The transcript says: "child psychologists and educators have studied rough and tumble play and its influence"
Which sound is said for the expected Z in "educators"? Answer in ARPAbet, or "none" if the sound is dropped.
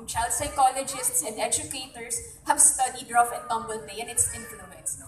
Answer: S